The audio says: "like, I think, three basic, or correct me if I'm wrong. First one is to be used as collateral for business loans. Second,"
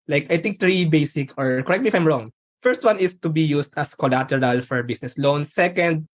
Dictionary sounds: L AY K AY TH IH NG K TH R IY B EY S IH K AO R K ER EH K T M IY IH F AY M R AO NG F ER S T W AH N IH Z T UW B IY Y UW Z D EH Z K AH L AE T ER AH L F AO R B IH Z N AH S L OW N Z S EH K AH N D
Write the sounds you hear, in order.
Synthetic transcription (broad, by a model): L AY K AY T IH NG K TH R IY B EY S IH K AO R K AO EH K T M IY IH F AY M R AO NG F ER S T W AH N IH S T UW B IY Y UW S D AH S K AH L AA T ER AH L F AO R B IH S N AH S L OW N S EH K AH N D